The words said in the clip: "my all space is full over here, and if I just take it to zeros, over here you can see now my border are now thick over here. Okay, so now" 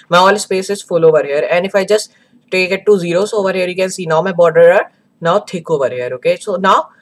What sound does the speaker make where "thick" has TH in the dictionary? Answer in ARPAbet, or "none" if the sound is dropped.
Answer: T